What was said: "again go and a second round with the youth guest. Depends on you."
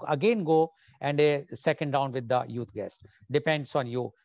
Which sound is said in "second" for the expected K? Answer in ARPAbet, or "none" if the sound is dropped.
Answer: K